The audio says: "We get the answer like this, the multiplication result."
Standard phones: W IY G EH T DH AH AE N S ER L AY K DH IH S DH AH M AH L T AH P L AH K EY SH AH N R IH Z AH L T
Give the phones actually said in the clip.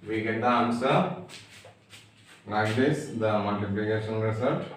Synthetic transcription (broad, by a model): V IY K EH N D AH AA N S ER N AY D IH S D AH M AH L T AH P L AH K EY SH AH N R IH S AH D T